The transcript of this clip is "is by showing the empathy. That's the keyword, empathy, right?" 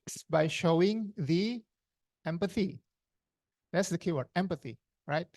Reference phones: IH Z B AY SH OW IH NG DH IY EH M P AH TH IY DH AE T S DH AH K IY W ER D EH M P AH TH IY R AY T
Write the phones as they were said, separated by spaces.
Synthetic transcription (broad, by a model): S B AY SH OW IH NG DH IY EH M P AH TH IY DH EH T S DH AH K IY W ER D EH M P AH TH IY R AY T